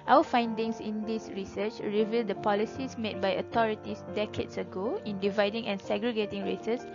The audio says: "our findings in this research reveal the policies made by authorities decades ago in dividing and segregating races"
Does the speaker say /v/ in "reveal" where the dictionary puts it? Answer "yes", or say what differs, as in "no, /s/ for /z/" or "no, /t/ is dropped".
yes